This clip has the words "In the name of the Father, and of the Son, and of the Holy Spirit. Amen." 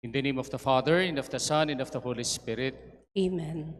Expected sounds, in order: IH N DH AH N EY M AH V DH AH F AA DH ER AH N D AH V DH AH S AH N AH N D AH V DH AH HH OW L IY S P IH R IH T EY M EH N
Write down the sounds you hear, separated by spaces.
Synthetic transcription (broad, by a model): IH N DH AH N EY M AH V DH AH F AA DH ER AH N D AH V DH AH S AH N AH N D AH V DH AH HH OW L IY S P IH R IH T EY M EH N